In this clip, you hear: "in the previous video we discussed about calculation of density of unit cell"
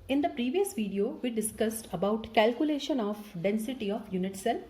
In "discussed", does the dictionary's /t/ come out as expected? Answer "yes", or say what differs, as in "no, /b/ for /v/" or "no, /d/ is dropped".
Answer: yes